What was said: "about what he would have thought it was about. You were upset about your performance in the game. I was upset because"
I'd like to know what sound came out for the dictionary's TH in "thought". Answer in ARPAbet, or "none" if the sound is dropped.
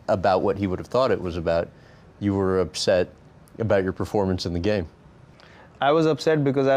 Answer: TH